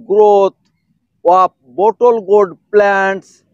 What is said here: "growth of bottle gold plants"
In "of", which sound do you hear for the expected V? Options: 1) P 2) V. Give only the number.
1